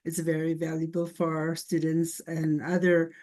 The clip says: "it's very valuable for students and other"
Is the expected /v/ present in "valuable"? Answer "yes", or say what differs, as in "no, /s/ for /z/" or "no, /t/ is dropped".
yes